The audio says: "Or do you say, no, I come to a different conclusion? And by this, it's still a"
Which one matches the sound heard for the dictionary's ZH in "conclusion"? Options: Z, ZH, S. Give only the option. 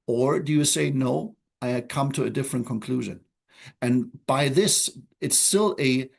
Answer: ZH